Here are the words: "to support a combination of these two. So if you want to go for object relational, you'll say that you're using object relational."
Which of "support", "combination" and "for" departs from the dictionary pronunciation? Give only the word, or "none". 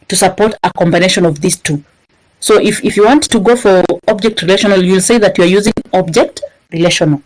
none